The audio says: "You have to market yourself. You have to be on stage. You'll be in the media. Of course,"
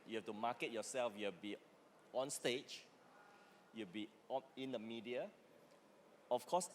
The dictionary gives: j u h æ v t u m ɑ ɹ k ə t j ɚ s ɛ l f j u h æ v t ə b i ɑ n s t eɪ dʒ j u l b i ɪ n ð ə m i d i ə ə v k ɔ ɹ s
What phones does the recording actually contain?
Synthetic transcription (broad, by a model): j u h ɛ f t u m ɑ k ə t j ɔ s ɛ l f j u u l b i ɑ n s t eɪ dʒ j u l b i ɪ n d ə m i d i ə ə f k ɔ s